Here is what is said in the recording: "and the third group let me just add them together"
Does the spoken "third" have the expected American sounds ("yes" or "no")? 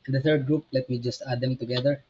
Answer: no